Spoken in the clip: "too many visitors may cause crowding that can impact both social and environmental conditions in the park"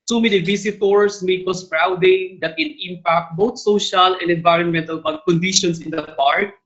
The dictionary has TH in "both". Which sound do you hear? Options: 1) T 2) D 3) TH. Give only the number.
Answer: 1